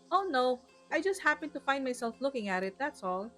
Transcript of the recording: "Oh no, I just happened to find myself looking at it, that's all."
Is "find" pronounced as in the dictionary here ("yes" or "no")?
no